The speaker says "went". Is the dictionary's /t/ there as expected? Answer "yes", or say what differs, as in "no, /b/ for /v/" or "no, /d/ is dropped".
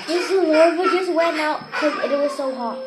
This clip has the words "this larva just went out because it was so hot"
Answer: no, /t/ is dropped